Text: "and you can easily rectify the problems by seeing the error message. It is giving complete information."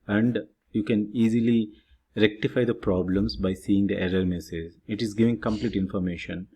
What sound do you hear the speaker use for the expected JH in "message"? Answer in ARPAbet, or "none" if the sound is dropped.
Z